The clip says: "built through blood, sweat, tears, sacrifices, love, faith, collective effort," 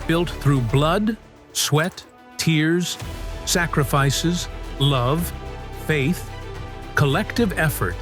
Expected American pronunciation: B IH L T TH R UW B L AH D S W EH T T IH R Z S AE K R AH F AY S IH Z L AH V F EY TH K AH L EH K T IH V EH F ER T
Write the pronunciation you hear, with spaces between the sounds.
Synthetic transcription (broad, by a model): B IH L T TH R UW B L AH D S W EH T T IH R Z S AE K R AH F AY S IH Z L AH V F EY TH K AH L EH K T IH V EH F ER T